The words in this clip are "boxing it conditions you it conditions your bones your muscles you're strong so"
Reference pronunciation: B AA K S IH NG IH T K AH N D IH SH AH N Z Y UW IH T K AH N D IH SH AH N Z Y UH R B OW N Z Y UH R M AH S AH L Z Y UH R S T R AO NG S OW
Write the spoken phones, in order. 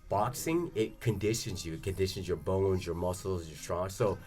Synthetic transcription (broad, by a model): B AA K S IH NG IH T K AH N D IH SH AH N Z Y UW IH T K AH N D IH SH AH N Z Y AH R B OW N Z Y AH R M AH S L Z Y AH R S T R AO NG S OW